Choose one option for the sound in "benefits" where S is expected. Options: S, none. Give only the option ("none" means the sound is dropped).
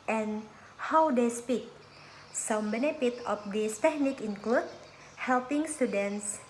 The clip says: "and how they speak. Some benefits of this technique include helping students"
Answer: none